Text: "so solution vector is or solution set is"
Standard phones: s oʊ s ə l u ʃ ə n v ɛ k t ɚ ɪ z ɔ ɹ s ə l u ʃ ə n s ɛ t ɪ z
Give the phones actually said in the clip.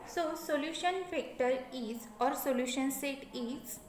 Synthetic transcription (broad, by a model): s oʊ s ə l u ʃ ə n f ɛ k t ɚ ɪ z ɔ ɹ s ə l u ʃ ə n s ɛ t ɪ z